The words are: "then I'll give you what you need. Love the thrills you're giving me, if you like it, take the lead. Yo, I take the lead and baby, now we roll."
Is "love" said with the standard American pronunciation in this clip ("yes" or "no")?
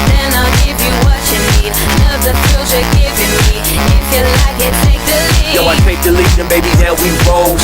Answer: no